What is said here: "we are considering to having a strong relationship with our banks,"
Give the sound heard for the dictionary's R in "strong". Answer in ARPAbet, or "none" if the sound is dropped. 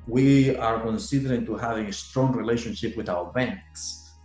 R